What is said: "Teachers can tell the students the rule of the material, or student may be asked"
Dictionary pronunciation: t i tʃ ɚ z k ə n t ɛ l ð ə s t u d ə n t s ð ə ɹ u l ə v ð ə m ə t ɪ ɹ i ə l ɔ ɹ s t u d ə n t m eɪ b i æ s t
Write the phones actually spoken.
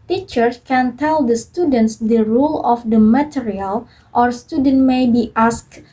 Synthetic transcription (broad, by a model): t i tʃ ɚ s k ə n t ɛ l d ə s t u d ə n t s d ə ɹ u l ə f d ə m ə t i ɹ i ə l ɔ ɹ s t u d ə n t m eɪ b i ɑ s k